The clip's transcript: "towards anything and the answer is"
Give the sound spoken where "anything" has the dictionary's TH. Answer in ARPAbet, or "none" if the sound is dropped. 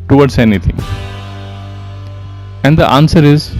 T